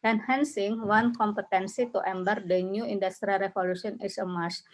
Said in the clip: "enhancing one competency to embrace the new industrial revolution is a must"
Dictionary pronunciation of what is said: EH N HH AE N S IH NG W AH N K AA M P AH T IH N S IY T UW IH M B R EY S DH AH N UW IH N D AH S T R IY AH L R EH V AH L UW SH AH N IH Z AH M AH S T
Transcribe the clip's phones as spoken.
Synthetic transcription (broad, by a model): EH N HH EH N S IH NG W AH N K AA M P AH T IH N S IY T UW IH M B AH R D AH N UW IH N D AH S T R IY R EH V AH L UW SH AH N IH S AH M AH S